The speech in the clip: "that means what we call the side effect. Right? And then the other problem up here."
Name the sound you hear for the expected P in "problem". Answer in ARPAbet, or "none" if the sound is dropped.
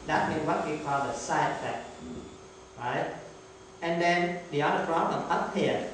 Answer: F